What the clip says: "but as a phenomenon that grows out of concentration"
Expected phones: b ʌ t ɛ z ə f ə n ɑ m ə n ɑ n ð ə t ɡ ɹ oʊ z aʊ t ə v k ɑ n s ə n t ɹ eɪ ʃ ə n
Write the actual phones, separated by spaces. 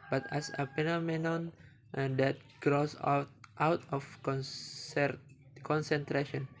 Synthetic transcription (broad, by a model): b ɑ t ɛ s ə p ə n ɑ m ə n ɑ n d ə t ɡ ɹ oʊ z aʊ t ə f k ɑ n s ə n t ɹ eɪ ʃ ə n